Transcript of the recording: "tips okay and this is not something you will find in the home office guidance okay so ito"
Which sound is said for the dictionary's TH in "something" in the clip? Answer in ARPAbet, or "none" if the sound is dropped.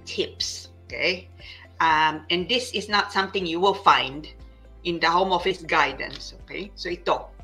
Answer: T